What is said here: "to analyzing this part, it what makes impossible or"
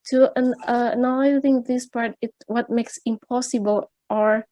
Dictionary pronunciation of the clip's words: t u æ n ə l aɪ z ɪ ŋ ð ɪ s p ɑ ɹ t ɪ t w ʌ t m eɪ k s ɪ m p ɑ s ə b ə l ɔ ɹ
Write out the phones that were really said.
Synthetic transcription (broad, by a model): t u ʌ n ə n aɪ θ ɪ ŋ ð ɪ s p ɑ ɹ t ɪ t w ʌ t m eɪ k s ɪ m p ɑ s ə b ə l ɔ ɹ